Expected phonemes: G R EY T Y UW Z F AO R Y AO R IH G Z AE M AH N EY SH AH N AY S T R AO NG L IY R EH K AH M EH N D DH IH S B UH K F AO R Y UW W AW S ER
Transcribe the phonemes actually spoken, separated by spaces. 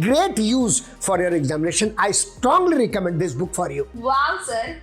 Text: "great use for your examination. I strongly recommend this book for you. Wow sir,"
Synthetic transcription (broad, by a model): G R EY T Y UW Z F AO R Y AO R IH G Z AE M AH N EY SH AH N AY S T R AO NG L IY R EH K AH M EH N D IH S B UH K F AO R Y UW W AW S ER